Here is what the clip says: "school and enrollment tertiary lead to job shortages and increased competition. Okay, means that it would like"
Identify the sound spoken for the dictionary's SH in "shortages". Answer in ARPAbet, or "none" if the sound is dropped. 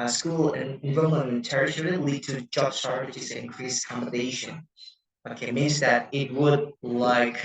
S